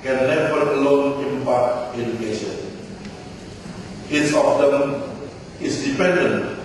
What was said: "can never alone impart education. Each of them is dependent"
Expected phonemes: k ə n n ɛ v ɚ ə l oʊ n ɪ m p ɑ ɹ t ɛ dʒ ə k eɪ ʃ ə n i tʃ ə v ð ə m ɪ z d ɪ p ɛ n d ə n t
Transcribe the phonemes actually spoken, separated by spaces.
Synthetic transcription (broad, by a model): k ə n n ɛ v ɚ ə l oʊ n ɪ m p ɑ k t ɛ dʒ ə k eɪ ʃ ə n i s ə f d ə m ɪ s d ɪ p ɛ n d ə n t